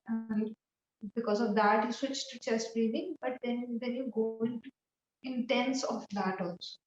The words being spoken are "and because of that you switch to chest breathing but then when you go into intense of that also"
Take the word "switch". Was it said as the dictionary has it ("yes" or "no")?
yes